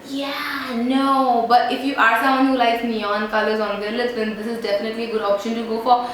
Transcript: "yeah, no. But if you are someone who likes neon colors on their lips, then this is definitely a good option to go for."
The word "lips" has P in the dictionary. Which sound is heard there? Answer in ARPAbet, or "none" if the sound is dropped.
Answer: none